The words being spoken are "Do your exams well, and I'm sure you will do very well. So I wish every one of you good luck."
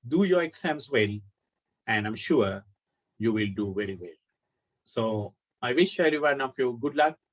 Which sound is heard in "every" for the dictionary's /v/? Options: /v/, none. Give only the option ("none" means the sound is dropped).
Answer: none